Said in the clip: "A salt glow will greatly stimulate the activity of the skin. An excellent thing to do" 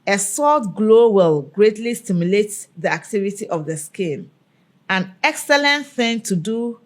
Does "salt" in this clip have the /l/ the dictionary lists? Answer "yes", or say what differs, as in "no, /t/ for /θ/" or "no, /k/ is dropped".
no, /l/ is dropped